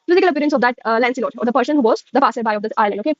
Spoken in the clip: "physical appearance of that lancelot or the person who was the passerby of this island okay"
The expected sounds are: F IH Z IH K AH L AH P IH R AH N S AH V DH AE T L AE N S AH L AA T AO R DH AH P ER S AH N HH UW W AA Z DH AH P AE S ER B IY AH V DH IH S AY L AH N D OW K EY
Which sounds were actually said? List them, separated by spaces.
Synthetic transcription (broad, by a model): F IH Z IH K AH L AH P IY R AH N S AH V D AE T L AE N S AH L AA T AO R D AH P ER S AH N HH UW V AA Z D AH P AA S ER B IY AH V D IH AY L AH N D OW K EY